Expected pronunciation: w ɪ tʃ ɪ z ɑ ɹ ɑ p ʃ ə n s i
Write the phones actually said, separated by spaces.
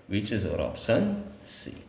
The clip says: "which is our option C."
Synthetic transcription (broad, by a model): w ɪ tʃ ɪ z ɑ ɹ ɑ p s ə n s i